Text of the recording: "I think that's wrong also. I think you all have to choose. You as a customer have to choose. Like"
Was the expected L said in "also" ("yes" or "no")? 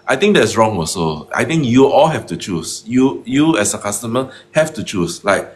no